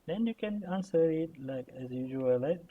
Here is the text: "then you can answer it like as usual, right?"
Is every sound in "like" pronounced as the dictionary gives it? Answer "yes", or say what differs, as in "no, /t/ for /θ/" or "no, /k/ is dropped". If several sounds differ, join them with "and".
yes